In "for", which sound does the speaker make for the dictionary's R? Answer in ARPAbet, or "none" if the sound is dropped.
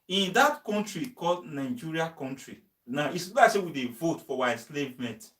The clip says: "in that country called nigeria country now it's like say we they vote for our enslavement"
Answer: W